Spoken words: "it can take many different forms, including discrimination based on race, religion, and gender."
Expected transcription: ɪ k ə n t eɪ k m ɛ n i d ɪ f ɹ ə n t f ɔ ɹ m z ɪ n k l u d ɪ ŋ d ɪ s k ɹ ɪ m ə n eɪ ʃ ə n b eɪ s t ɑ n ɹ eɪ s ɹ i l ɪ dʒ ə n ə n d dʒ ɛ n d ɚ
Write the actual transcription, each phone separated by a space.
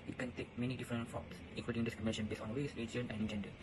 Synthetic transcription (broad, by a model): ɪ k ə n t eɪ k m ɛ n i d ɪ f ɹ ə n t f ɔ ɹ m s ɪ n k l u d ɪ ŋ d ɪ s k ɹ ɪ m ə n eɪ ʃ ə n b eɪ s ɑ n w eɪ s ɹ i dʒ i ə n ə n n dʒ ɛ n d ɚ